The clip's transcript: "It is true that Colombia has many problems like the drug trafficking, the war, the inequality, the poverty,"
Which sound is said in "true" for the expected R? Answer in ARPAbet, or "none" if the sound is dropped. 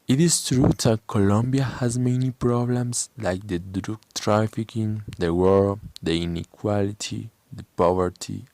R